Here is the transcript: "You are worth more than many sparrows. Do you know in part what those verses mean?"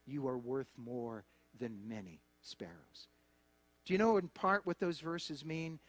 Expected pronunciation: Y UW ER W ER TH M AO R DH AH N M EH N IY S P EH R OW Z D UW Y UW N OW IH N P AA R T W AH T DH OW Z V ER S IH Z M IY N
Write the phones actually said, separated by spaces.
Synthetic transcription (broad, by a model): Y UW ER W ER TH M AO R DH AH N M EH N IY S P EH R OW Z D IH Y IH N OW IH N P AA R T W AH T DH OW Z V ER S IH Z M IY N